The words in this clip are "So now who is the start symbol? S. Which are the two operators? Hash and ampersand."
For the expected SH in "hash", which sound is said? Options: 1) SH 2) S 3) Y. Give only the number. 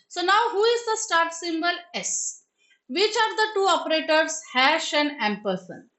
1